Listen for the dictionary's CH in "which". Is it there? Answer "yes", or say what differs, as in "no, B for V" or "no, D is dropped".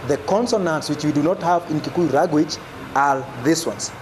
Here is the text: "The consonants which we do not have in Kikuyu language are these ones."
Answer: yes